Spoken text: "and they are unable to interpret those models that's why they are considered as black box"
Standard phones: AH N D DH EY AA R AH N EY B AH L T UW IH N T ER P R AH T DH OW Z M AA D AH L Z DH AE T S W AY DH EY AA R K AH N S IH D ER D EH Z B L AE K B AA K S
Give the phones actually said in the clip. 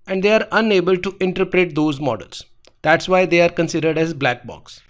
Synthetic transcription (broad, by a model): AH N D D EY AA R AH N EY B AH L T UW IH N T ER P R AH T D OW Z M AA D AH L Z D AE T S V AY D EY AA R K AH N S IH D ER D EH Z B L AE K B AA K S